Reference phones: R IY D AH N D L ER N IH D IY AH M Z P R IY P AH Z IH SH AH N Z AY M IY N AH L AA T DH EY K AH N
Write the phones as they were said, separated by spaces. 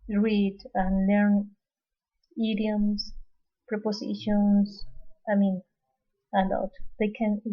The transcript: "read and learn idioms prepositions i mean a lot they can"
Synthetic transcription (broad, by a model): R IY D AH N L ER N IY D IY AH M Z P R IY P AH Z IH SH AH N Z AY M IY N AH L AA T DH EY K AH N